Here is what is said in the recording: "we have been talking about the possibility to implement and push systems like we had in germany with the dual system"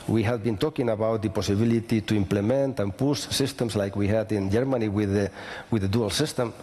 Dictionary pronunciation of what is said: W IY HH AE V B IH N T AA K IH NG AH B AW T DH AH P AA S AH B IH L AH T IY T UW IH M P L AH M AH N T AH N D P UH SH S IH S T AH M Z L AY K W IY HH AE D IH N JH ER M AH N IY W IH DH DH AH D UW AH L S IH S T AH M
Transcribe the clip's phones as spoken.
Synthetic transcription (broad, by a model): W IY HH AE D B IH N T AA K IH NG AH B AW T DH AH P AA S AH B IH L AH T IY T UW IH M P L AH M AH N T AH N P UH S S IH S T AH M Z L AY K W IY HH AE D IH N JH ER M AH N IY W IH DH DH AH D UW AH L S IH S T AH M